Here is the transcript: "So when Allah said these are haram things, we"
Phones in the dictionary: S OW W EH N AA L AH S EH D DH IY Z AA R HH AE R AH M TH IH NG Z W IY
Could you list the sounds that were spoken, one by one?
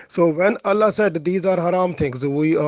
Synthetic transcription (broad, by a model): S OW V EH N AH L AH S EH D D IY Z AA R HH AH R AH M T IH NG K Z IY